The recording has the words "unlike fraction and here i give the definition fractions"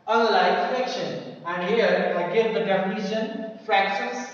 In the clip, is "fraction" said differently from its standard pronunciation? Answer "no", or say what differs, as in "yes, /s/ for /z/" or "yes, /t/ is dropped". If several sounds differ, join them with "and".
yes, /ɹ/ is dropped